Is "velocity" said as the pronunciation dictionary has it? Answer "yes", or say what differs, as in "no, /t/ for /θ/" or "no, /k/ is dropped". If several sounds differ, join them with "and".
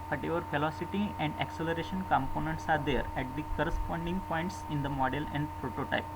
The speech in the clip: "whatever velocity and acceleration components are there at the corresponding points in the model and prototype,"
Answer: no, /f/ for /v/